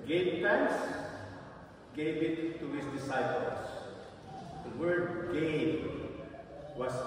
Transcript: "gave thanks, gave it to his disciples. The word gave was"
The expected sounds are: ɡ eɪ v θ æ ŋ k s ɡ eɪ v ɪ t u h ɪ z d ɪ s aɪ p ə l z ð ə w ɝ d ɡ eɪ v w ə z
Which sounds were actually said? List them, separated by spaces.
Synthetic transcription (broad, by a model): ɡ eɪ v t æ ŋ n s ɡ eɪ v ɪ t u h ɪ s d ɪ s aɪ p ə l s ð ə w ɝ d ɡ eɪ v w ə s